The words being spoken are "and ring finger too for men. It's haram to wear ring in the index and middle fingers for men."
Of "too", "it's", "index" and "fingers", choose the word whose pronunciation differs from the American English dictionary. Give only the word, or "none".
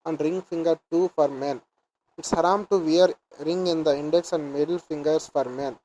fingers